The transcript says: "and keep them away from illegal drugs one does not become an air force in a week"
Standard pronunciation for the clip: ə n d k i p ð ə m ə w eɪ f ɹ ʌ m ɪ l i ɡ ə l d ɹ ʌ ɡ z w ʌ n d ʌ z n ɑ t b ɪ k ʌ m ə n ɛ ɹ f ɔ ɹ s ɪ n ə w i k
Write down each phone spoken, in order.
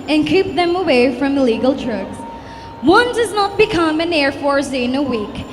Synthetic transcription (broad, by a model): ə n k i p ð ə m ə w eɪ f ɹ ʌ m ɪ l i ɡ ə l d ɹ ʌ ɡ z w ʌ n d ʌ z n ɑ t b ɪ k ʌ m ə n ɛ ɹ f ɔ ɹ s ɪ n ə w i k